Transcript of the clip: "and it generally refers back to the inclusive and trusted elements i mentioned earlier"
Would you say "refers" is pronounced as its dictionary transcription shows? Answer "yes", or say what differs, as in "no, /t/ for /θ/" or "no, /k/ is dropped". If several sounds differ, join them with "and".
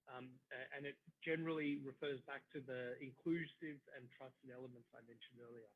yes